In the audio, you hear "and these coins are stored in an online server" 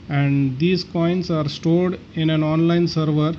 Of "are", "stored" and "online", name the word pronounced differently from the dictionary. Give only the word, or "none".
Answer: stored